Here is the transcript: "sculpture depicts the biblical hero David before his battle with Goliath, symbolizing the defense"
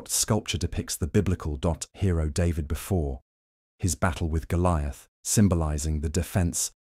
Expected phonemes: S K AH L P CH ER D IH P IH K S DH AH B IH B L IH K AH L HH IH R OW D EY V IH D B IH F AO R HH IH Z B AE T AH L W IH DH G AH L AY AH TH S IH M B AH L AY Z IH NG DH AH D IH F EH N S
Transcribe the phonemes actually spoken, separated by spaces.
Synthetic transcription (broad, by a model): S K AH L P CH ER D IH P IH K S DH AH B IH B L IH K AH L HH IH R OW D EY V IH D B IH F AO R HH IH Z B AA T L W IH DH G AH L AY AH TH S IH M B AH L AY Z IH NG DH AH D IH F EH N S